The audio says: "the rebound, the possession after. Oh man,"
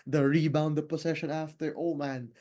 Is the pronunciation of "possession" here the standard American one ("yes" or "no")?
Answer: no